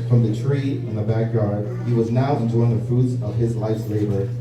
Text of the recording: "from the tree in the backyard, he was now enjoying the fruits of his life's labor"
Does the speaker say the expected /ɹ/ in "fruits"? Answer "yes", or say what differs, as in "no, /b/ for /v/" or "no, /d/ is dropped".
no, /ɹ/ is dropped